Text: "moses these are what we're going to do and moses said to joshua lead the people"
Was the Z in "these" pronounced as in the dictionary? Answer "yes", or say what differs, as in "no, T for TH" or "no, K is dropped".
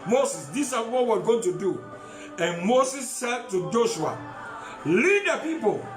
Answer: no, S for Z